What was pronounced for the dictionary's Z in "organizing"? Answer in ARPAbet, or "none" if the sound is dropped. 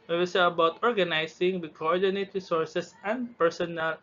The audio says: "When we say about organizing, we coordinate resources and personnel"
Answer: S